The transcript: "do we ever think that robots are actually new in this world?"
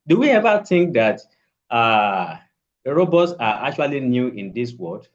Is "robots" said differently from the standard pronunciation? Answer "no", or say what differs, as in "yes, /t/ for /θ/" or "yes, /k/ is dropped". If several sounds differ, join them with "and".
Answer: no